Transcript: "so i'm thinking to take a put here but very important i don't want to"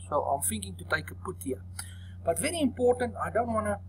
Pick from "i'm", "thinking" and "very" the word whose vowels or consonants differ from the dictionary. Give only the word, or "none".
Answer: thinking